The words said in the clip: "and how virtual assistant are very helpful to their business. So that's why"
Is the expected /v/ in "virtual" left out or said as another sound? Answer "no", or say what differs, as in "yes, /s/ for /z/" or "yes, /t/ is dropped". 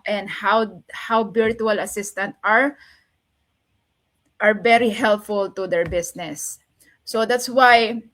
yes, /b/ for /v/